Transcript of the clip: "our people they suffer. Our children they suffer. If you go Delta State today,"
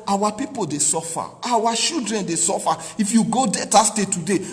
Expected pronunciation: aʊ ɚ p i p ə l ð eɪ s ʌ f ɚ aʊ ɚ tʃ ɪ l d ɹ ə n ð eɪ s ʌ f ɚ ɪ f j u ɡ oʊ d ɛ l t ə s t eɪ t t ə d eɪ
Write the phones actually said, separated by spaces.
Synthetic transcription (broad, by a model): aʊ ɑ p i p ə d eɪ s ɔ f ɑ aʊ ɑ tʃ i l d ɹ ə n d eɪ s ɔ f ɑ ɪ f j u ɡ oʊ d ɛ t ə s t eɪ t t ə d eɪ